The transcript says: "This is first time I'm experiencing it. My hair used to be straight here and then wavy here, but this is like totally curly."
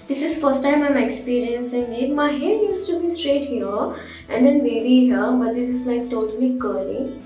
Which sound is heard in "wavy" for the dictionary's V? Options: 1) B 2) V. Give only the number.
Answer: 1